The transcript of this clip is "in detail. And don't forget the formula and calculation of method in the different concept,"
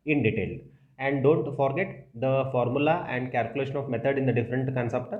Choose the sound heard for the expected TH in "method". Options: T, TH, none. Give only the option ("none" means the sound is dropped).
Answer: T